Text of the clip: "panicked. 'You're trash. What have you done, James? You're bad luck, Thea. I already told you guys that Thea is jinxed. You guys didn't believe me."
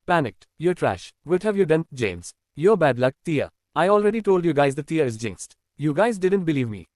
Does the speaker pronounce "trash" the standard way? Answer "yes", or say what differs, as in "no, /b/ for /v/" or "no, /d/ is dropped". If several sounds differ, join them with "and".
yes